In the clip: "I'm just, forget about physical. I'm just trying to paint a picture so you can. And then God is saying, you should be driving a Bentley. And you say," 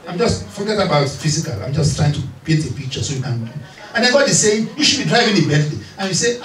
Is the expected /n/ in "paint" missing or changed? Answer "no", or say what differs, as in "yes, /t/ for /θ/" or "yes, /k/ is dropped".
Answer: yes, /l/ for /n/